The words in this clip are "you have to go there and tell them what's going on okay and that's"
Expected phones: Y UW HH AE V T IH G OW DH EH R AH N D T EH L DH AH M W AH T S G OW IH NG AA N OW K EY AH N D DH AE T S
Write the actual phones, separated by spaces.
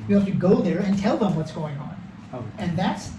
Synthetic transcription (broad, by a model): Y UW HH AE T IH G OW DH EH R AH N T EH L DH AH M W AH T S G OW IH NG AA N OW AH N DH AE T S